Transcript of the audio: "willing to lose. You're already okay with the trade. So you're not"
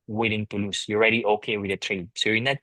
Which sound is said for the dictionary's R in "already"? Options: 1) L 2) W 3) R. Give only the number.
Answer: 3